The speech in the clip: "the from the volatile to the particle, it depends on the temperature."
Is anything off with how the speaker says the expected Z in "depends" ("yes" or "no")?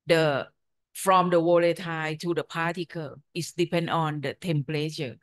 yes